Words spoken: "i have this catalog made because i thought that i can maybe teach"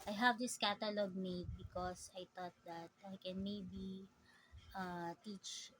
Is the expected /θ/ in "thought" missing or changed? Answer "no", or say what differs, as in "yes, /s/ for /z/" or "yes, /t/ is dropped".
yes, /t/ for /θ/